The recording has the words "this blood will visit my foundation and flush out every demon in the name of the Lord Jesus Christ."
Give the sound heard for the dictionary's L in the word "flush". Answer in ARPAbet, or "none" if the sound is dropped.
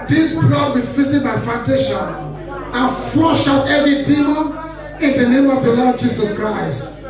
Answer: none